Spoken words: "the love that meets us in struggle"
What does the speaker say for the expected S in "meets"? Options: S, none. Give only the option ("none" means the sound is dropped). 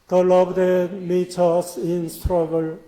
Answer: none